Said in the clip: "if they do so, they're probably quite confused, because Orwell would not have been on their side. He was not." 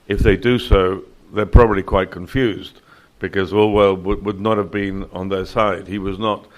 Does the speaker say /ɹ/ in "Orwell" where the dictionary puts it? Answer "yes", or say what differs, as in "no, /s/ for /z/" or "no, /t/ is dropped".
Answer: no, /l/ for /ɹ/